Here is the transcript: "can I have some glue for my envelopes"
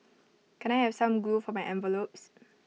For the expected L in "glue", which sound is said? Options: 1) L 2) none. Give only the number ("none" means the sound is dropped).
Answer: 2